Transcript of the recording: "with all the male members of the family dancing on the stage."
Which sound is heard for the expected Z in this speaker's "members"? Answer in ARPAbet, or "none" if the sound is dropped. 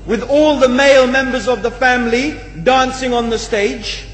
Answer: Z